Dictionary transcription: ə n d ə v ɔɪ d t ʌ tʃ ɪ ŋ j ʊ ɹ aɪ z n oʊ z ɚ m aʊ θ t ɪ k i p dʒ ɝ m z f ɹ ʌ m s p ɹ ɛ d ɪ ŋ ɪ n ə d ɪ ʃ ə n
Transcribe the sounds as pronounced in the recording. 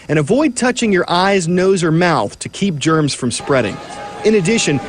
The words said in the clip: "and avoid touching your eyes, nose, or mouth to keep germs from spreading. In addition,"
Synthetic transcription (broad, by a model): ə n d ə v ɔɪ d t ʌ tʃ ɪ ŋ j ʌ ɹ aɪ z n oʊ z ɚ m aʊ θ t ɪ k i p dʒ ɝ m z f ɹ ʌ m s p ɹ ɛ d ɪ ŋ ɪ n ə d ɪ ʃ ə n